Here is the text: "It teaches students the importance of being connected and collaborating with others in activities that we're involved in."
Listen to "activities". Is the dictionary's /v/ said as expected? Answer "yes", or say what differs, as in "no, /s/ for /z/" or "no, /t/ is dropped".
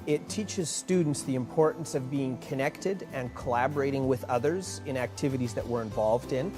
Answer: yes